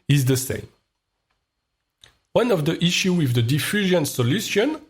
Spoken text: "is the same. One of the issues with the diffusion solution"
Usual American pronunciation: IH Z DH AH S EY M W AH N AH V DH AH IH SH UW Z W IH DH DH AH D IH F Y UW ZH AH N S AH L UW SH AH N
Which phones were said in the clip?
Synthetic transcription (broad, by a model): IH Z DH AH S EY M W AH N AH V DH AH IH SH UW W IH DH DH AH D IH F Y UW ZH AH N S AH L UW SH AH N